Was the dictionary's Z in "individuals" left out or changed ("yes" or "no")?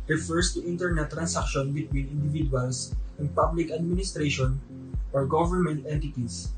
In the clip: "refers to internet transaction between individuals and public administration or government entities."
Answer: yes